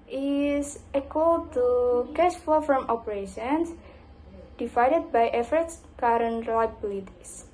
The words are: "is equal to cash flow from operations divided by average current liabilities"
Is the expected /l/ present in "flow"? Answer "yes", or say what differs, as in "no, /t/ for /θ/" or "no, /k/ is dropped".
no, /l/ is dropped